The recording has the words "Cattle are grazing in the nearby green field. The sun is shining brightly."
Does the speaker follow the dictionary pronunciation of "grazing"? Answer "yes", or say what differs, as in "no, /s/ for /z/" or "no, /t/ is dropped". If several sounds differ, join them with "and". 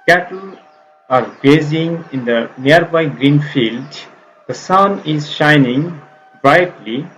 no, /ɹ/ is dropped